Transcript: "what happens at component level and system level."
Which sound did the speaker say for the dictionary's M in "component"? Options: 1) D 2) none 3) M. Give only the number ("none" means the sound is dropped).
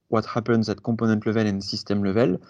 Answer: 2